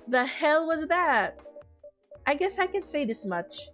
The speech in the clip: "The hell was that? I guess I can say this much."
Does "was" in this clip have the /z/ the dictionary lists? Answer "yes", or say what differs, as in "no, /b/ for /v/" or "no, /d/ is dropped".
yes